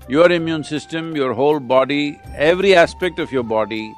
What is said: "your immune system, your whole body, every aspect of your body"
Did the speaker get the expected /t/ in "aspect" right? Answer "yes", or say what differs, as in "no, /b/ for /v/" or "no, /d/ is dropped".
yes